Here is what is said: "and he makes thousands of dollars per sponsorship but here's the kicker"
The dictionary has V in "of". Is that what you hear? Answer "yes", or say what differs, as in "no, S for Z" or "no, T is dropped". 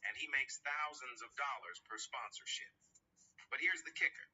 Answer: yes